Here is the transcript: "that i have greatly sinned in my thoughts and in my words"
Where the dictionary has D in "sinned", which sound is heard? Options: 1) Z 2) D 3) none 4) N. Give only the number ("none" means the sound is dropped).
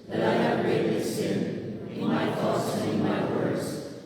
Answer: 3